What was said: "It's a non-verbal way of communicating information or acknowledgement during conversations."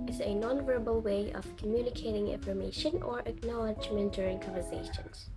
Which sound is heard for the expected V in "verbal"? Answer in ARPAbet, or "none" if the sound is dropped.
V